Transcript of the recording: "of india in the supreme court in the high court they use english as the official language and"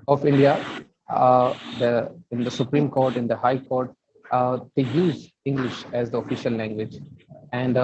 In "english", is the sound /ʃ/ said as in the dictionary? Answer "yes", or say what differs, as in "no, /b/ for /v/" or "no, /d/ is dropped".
yes